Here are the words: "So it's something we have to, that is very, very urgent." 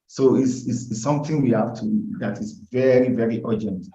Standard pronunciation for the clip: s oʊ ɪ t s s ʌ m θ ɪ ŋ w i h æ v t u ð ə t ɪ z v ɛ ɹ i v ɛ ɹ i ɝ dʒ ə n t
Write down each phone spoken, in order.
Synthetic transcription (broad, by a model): s oʊ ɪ s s s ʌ m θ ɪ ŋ w i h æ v t u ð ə t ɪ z v ɛ ɹ i v ɛ ɹ i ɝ dʒ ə n t